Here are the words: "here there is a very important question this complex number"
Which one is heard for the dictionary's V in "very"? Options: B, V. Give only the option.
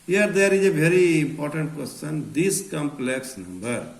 B